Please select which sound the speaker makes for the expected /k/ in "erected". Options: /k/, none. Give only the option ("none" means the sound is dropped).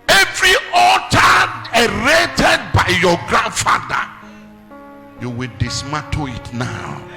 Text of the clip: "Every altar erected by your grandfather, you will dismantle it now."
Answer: none